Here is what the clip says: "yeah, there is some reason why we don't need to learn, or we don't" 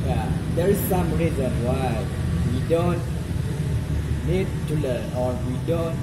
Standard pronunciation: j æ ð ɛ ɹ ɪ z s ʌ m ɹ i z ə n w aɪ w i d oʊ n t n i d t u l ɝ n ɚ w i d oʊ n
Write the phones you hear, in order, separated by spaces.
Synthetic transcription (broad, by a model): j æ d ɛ ɹ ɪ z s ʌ m ɹ i z ə n w aɪ w i d oʊ n t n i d t u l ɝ ɚ w i d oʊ n